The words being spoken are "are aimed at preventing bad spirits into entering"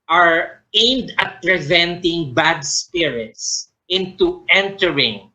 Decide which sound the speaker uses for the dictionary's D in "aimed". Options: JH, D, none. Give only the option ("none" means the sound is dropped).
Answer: D